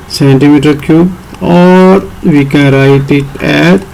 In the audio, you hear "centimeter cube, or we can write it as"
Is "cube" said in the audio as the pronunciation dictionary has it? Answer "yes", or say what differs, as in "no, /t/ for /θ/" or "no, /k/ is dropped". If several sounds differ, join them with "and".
no, /b/ is dropped